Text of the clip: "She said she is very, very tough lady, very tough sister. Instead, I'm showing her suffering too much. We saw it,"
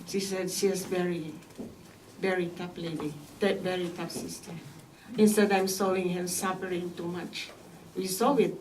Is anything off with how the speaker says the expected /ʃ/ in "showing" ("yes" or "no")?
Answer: yes